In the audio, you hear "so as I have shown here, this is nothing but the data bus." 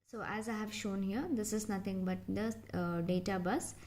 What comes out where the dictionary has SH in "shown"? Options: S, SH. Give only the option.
SH